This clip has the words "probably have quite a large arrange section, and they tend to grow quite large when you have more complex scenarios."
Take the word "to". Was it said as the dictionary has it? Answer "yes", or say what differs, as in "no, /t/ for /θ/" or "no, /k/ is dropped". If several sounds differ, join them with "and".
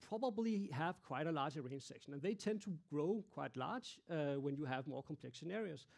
yes